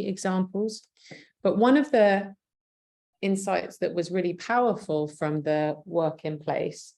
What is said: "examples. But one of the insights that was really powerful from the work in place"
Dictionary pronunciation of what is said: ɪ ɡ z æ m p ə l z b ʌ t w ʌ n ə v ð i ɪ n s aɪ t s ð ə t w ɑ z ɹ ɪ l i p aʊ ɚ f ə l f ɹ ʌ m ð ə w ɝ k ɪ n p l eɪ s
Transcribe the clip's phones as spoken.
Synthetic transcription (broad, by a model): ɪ ɡ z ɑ m p ə l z b ʌ t w ʌ n ə v ð i ɪ n s aɪ t s ð ə t w ɑ z ɹ ɪ l i p aʊ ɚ f ə l f ɹ ʌ m ð ə w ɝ k ɪ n p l eɪ s